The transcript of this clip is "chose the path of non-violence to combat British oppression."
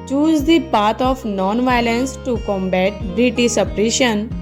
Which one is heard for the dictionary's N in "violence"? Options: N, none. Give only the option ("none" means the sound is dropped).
N